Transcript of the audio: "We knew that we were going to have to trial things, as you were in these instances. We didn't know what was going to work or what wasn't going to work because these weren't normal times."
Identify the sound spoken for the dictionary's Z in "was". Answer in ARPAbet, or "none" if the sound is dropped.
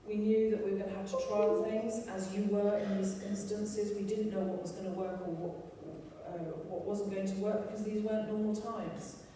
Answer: Z